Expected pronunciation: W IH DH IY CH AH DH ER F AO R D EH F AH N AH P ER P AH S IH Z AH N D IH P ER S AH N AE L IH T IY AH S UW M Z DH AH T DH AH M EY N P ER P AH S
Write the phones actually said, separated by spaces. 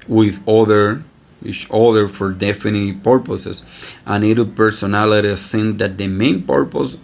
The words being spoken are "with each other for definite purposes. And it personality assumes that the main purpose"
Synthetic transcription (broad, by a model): W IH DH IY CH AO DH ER F AO R D EH F AH N AH P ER P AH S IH S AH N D IH P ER S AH N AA L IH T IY S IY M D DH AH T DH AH M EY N P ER P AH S